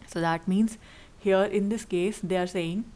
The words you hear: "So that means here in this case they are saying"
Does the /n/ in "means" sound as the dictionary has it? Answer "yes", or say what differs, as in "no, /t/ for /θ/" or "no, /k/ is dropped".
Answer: yes